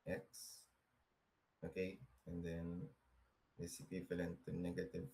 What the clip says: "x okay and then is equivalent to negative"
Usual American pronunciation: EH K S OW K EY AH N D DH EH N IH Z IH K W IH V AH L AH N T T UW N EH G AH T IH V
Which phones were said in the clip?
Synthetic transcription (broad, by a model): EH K S OW K EY AH N D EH N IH S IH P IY F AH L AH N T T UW N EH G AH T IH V